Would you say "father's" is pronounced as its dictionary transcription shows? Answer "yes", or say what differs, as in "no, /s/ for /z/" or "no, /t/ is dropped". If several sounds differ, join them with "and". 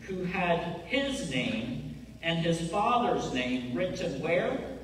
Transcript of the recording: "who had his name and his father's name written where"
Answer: yes